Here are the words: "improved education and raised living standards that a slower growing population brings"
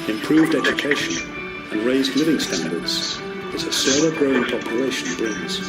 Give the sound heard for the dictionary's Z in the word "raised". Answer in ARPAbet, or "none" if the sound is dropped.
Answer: Z